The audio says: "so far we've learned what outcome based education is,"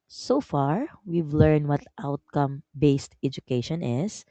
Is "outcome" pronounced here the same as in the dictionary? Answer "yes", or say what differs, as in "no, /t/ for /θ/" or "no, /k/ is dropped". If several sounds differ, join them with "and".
yes